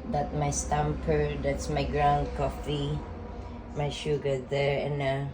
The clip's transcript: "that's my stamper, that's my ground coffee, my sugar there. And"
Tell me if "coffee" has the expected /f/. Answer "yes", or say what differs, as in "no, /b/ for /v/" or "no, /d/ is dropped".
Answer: yes